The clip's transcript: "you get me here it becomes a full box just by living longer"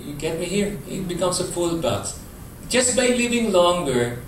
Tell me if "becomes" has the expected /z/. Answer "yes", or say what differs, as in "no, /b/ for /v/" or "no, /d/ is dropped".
no, /s/ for /z/